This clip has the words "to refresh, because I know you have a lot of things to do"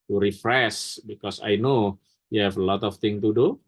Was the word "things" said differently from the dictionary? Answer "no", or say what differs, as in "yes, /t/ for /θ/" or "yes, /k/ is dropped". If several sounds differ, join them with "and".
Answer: yes, /z/ is dropped